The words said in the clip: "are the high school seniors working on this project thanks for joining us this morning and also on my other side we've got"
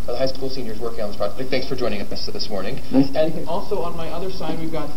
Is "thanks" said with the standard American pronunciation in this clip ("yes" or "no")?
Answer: yes